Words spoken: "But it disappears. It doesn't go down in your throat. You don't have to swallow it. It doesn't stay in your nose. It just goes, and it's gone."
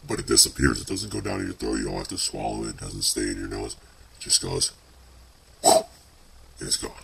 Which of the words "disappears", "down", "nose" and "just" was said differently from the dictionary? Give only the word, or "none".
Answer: just